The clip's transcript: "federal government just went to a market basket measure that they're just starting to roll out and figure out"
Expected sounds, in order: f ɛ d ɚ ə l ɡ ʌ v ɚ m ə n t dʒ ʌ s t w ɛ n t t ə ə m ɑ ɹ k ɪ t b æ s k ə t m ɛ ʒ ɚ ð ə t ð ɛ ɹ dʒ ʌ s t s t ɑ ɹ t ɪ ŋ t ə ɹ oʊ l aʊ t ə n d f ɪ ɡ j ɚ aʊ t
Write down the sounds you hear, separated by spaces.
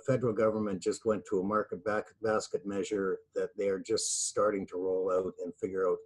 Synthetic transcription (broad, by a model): f ɛ d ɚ l ɡ ʌ v ɚ m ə n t dʒ ʌ s t w ɛ n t t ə ə m ɑ ɹ k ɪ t b æ s k ə t m ɛ ʒ ɚ ð ə t ð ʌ ɹ dʒ ʌ s t s t ɑ ɹ t ɪ ŋ t ə ɹ oʊ l aʊ t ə n f ɪ ɡ j ɚ aʊ t